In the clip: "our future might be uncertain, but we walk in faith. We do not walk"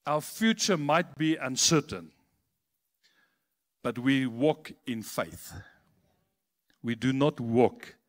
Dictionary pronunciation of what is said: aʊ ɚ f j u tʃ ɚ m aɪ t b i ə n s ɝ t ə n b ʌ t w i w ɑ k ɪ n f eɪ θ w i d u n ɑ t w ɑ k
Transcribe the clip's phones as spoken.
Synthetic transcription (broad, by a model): aʊ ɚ f j u tʃ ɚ m aɪ t b i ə n s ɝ t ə n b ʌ t w i w ɑ k ɪ n f eɪ θ w i d u n ɑ t w ɑ k